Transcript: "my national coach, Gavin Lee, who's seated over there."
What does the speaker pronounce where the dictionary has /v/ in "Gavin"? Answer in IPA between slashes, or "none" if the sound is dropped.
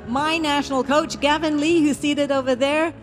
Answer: /v/